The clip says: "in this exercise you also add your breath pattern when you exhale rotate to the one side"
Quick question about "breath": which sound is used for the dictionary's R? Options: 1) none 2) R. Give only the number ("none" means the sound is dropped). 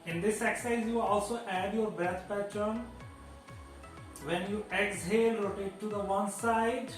1